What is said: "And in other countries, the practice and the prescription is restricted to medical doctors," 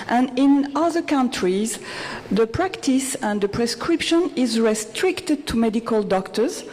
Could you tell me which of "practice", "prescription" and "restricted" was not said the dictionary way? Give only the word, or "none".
none